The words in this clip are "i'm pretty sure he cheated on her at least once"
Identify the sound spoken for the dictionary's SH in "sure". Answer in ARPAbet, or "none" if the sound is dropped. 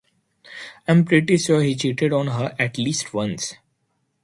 S